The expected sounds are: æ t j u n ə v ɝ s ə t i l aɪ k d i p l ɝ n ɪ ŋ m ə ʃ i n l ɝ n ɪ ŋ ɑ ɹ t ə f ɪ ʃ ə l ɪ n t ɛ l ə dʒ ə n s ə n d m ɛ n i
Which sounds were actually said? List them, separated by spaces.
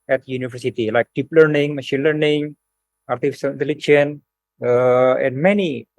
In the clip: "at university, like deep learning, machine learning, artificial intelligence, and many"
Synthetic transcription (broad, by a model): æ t j u n ə v ɝ s ə t i l aɪ k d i p l ɝ n ɪ ŋ m ə ʃ i n l ɝ n ɪ ŋ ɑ ɹ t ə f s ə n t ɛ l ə tʃ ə n ə n d m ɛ n i